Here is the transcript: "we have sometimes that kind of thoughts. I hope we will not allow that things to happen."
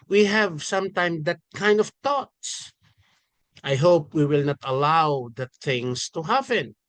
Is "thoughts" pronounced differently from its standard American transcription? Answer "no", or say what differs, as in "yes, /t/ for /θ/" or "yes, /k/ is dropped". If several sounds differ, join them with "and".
yes, /t/ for /θ/